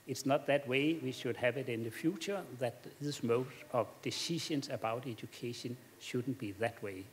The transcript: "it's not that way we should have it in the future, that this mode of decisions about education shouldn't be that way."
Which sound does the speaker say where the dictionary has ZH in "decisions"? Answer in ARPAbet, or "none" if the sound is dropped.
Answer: SH